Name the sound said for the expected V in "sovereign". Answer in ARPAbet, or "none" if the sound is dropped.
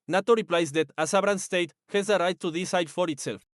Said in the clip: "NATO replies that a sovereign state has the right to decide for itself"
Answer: B